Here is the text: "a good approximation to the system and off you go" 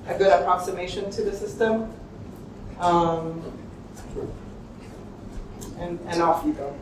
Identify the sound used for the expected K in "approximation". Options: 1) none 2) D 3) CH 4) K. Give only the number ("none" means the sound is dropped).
4